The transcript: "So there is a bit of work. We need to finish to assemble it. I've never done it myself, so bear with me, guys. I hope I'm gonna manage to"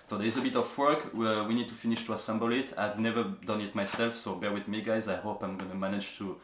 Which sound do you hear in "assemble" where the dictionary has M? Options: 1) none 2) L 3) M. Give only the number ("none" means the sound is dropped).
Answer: 3